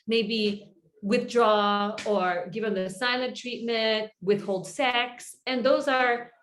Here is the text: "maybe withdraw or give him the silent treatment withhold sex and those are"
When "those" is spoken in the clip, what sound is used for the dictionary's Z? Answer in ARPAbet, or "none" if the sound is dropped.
Z